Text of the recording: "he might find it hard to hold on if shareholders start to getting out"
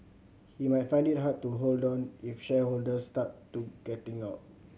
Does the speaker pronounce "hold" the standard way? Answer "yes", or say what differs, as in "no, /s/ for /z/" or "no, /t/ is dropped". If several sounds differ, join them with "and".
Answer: yes